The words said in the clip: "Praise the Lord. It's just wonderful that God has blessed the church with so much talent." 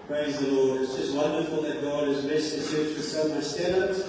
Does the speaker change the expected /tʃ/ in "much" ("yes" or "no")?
yes